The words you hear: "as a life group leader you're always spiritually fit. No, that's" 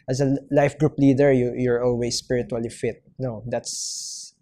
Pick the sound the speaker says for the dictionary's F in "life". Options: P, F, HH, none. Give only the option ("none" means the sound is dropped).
F